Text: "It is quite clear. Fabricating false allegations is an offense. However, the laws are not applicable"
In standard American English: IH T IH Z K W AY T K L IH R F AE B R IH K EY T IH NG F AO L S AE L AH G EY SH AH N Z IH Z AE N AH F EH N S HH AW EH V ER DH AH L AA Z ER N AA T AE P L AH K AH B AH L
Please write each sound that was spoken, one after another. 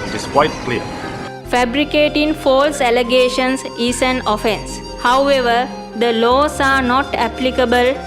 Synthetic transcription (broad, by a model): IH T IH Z K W AY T K L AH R F AE B R IH K EY T IH NG F AO L S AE L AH G EY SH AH N S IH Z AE N AH F EH N S HH AW EH V ER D AH L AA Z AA N AA T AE P L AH K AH B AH L